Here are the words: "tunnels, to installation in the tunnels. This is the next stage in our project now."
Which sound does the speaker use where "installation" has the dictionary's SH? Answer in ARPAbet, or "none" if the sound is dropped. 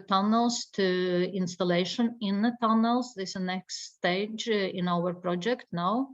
SH